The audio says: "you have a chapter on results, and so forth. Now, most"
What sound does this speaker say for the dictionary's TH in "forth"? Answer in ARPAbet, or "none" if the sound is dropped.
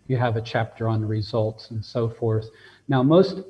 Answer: TH